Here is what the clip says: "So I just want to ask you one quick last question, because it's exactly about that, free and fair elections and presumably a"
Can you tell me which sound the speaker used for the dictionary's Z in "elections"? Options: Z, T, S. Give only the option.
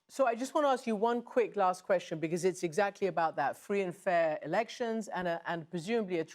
Z